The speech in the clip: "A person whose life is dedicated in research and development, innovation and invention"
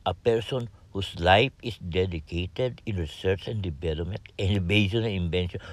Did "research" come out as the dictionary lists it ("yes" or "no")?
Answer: yes